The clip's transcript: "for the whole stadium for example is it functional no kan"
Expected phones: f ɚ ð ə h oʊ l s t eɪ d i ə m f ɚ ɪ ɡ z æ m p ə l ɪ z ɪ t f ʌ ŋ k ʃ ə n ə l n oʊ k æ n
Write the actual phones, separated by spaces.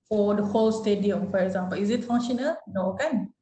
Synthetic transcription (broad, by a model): f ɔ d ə h oʊ l s t eɪ d i ə m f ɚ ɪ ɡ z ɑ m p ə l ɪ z ɪ t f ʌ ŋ ʃ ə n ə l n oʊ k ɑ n